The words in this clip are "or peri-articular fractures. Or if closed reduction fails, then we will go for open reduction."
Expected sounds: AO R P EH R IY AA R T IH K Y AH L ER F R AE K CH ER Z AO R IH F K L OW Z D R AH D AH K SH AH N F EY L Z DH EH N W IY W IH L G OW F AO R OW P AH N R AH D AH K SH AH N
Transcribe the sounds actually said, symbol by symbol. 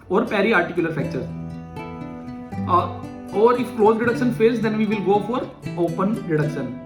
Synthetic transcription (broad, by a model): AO R P EH R IY AA R T IH K Y AH L ER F EH K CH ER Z AO R IH F K L OW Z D R AH D AH K SH AH N F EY L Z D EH N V IY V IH L G OW F AO R OW P AH N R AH D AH K SH AH N